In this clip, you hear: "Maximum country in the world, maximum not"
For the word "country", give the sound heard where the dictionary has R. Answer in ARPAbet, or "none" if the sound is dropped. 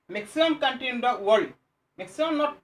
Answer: none